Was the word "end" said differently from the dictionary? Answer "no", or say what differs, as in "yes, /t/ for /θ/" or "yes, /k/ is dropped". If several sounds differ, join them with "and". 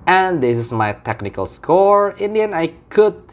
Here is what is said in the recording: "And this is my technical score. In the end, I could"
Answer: yes, /d/ is dropped